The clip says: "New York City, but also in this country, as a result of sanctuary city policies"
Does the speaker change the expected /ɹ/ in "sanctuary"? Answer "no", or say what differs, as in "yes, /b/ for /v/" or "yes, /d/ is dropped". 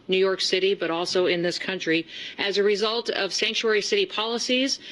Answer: no